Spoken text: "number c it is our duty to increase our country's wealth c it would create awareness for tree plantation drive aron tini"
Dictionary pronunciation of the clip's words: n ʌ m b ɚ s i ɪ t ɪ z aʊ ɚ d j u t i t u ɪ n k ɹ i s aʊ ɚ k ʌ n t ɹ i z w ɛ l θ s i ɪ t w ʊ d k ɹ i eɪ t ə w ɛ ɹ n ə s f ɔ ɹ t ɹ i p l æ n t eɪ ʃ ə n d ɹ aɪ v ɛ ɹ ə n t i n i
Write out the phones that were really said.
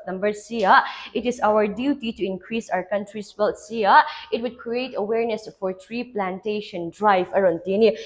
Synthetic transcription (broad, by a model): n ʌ m b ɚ s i ɪ t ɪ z aʊ ɚ d j u t i t u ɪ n k ɹ i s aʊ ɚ k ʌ n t ɹ i s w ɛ l t s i ɪ t w ʊ d k ɹ i eɪ t ə w ɛ ɹ n ə s f ɔ ɹ t ɹ i p l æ n t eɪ ʃ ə n d ɹ aɪ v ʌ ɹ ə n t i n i